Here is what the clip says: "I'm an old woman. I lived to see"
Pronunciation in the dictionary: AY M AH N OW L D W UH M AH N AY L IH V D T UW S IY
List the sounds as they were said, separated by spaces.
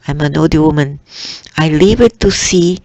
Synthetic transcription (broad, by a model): AY M AH N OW D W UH M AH N AY L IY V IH T UW S IY